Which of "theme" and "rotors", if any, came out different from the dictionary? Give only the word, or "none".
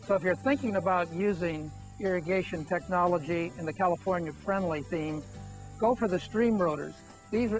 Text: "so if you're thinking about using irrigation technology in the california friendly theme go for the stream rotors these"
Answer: none